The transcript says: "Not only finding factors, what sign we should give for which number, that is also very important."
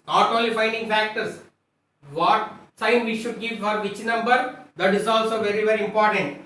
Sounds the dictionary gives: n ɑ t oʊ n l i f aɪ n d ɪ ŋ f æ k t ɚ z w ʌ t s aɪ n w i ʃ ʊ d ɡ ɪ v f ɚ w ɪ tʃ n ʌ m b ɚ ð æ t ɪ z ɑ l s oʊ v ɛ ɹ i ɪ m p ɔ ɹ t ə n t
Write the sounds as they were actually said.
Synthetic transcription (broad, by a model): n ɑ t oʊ l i f aɪ n d ɪ ŋ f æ k t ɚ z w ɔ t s aɪ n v i ʃ ʊ d ɡ ɪ v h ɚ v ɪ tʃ n ʌ m b ɚ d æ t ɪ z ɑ l s oʊ v ɛ ɹ i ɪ m p ɔ ɹ t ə n t